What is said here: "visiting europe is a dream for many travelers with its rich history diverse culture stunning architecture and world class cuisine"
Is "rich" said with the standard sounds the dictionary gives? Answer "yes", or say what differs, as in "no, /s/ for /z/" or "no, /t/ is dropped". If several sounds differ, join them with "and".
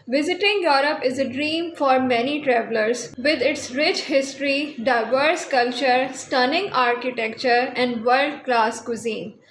yes